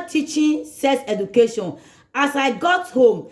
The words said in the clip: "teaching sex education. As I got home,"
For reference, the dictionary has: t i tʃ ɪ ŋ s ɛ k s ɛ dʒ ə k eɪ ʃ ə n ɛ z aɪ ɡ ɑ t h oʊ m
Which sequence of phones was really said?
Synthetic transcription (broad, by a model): t i tʃ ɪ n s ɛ s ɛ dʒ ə k eɪ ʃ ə n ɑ s aɪ ɡ ɑ t h oʊ m